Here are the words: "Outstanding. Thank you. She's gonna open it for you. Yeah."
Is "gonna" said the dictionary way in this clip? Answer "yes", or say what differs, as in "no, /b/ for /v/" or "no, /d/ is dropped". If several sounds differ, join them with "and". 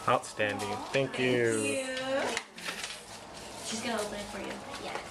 no, /l/ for /n/